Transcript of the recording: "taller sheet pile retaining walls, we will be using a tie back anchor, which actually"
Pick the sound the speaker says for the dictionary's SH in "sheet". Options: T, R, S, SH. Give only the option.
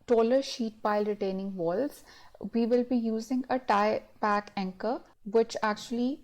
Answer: SH